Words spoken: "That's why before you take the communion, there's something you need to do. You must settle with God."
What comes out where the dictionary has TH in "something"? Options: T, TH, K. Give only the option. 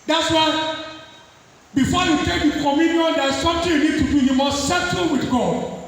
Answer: T